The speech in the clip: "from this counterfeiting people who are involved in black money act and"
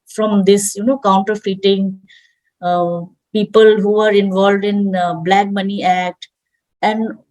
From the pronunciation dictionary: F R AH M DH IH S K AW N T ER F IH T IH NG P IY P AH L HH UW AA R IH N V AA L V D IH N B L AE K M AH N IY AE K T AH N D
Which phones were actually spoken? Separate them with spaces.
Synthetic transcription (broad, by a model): F R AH M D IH S K AW N T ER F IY T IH NG P IY P AH L HH UW AA R IH N V AA L V D IH N B L AE K M AH N IY AE K T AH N D